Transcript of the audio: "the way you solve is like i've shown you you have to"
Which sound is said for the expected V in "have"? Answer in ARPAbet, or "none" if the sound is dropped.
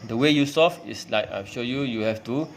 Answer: F